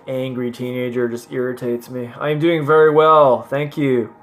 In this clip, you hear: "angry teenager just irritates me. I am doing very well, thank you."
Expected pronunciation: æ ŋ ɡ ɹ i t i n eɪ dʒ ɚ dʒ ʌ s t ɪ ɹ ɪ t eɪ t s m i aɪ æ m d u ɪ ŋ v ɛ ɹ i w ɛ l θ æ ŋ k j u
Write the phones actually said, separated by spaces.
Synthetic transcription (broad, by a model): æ ŋ ɡ ɹ i t i n eɪ dʒ ɚ dʒ ʌ s t ɪ ɹ ɪ t eɪ t s m i aɪ m d u ɪ ŋ v ɛ ɹ i w ɛ l θ æ ŋ k j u